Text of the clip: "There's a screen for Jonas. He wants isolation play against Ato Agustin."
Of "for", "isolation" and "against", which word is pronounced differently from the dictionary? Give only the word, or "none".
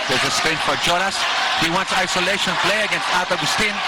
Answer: none